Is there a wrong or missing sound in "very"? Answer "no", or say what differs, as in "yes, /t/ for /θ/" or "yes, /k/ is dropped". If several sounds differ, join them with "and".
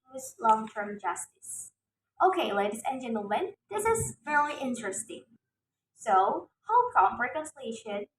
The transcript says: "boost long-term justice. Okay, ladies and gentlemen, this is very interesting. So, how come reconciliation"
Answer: yes, /f/ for /v/